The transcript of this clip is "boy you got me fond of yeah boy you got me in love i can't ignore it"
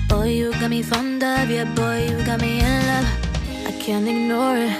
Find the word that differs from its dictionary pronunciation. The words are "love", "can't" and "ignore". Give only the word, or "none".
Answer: love